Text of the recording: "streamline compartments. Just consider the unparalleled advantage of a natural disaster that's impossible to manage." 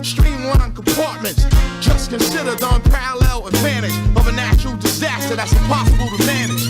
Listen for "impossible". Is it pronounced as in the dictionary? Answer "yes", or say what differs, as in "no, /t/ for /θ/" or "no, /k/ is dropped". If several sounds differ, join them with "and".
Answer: no, /m/ is dropped